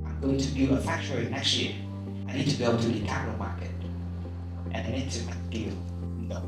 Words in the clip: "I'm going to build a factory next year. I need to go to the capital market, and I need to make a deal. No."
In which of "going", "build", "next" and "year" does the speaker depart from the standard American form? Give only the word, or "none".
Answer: build